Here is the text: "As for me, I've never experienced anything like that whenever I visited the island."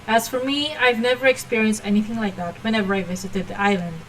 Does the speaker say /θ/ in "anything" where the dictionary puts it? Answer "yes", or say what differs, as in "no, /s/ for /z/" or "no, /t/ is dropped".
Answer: yes